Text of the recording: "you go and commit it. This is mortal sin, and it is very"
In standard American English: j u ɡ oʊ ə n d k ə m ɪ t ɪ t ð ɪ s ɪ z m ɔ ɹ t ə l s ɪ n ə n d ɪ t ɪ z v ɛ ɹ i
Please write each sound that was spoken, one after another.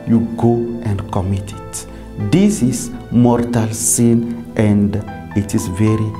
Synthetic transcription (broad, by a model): j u ɡ oʊ ə n d k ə m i t ɪ t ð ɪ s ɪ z m ɔ ɹ t ə l s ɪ n ə n d ɪ t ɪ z v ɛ ɹ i